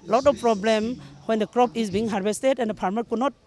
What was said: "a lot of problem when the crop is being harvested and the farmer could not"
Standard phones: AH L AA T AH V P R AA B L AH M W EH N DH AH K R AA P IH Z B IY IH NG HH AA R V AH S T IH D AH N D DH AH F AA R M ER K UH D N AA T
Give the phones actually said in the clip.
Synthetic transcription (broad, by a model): L AA T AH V P R AA B L AH M W EH N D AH K R AA P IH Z B IY IH NG HH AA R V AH S T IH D AH N D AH P AA R M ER K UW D N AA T